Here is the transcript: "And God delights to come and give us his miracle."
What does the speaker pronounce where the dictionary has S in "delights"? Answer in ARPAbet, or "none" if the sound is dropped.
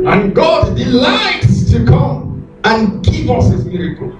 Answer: S